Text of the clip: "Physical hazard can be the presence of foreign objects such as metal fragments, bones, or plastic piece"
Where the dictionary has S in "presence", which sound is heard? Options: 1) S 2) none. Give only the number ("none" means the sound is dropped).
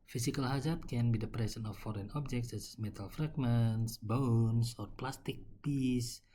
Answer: 2